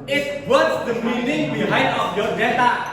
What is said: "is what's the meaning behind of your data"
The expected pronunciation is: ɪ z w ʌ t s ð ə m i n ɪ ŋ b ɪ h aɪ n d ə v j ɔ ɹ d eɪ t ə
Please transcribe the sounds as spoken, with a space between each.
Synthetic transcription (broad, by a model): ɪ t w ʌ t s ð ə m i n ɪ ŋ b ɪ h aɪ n ə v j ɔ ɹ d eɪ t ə